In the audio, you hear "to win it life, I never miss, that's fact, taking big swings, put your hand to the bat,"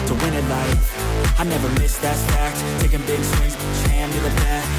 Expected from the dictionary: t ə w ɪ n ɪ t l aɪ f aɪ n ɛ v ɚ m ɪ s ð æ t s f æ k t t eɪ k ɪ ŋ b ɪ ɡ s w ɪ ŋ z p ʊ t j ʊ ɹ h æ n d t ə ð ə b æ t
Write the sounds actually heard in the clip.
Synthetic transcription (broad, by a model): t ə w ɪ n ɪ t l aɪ aɪ n ɛ v ɚ m ɪ s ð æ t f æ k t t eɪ k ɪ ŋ b ɪ ɡ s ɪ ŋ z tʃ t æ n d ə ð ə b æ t